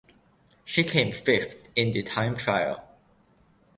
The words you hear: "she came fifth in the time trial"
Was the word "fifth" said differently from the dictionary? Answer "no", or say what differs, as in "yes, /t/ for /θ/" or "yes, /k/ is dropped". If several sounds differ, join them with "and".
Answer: yes, /t/ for /θ/